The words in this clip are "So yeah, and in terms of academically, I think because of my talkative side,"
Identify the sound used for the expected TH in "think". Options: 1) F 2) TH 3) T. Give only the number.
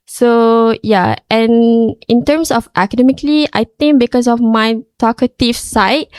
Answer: 3